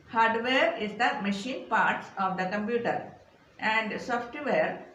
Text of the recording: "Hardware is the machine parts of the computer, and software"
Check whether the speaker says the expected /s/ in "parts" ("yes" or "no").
yes